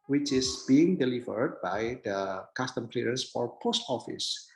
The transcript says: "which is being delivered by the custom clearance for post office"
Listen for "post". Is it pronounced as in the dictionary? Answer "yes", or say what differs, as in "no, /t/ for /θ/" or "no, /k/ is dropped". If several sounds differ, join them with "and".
yes